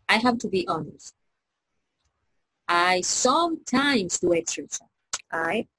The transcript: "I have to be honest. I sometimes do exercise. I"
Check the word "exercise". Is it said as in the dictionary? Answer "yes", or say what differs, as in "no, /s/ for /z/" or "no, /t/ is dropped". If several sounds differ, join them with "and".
no, /s/ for /z/